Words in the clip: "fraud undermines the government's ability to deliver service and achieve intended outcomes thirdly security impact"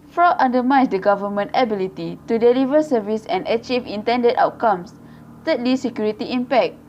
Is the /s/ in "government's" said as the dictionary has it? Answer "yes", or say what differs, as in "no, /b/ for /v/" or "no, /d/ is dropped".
no, /s/ is dropped